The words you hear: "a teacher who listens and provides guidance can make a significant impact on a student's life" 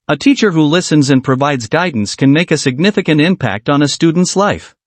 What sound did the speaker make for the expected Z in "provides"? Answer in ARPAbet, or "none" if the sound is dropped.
Z